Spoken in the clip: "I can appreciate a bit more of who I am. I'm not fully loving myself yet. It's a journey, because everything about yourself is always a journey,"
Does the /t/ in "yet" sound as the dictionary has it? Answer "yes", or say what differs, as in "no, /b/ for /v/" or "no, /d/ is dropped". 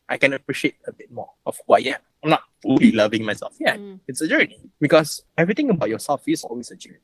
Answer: no, /t/ is dropped